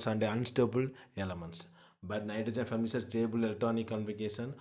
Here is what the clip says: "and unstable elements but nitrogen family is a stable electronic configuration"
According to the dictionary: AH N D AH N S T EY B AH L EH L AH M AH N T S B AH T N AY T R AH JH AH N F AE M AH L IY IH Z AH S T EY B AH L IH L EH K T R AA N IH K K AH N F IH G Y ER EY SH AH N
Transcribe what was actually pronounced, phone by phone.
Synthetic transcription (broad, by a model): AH N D AH N S T EY B AH L EH L AH M AH N T S B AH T N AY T AH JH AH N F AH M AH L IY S AH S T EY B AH L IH L T AA N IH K K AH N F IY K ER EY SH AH N